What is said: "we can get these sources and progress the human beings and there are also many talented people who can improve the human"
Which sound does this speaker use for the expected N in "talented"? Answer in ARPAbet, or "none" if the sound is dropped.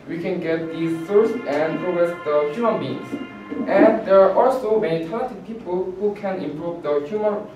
none